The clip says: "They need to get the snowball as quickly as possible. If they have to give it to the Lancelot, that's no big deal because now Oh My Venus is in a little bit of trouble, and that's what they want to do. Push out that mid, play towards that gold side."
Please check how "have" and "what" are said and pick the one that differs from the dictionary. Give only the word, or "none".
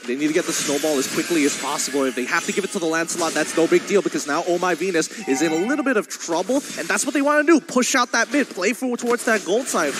have